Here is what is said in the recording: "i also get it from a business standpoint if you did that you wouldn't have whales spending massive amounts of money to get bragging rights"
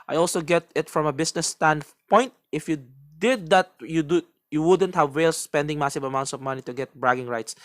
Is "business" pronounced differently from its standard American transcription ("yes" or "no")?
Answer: yes